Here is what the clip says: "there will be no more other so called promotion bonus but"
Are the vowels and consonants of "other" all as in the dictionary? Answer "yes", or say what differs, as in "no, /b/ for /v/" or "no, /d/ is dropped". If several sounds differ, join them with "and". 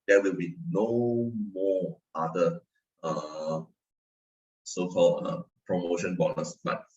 no, /ð/ is dropped